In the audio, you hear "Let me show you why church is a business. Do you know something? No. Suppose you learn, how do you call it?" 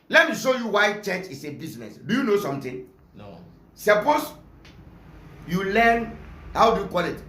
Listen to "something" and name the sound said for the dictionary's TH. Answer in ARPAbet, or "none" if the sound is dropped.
T